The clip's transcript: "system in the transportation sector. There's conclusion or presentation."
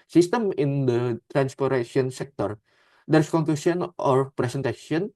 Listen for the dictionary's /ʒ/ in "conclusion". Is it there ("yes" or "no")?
no